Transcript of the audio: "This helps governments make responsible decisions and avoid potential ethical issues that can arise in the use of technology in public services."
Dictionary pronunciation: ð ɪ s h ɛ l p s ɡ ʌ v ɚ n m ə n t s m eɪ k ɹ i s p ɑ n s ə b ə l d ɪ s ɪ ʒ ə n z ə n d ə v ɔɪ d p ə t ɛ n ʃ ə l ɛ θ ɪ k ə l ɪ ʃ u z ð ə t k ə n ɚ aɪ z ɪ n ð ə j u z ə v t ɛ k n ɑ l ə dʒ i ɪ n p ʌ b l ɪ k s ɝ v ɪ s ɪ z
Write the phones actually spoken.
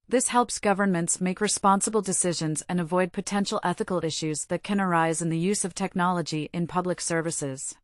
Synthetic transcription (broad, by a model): ð ɪ s h ɛ l p s ɡ ʌ v ɚ n m ə n t s m eɪ k ɹ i s p ɑ n s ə b l d ɪ s ɪ ʒ ə n z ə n ə v ɔɪ d p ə t ɛ n ʃ l ɛ θ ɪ k l ɪ ʃ u z ð ə t k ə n ɚ aɪ z ɪ n ð ə j u z ə v t ɛ k n ɑ l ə dʒ i ɪ n p ʌ b l ɪ k s ɝ v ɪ s ɪ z